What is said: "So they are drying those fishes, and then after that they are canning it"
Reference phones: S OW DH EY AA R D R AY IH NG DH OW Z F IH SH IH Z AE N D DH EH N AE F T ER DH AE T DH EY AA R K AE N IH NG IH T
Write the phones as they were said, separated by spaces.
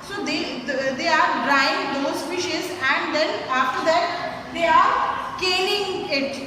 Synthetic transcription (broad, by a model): S OW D EY AA R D R AY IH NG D OW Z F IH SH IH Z AE N D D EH N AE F T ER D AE T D EY AA R K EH L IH NG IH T